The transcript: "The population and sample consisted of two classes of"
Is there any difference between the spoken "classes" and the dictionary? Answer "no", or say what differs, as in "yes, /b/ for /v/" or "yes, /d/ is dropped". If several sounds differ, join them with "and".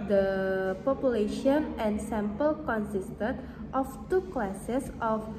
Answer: yes, /s/ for /z/